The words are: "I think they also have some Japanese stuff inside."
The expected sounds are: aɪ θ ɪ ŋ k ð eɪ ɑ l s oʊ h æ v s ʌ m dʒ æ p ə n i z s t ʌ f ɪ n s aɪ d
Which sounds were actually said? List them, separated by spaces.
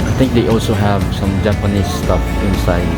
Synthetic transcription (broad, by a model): aɪ t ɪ ŋ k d eɪ ɑ l s oʊ h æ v s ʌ m dʒ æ p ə n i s t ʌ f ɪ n s aɪ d